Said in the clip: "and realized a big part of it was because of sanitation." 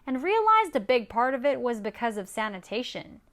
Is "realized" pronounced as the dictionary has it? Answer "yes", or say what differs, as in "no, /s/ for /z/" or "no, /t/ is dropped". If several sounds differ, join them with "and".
yes